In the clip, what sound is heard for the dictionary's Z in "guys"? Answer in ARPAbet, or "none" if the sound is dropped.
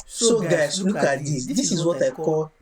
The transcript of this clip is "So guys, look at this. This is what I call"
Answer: S